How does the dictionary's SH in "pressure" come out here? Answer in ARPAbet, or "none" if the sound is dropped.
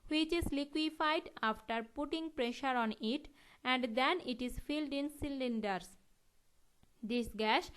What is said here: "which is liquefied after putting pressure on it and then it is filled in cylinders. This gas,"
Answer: SH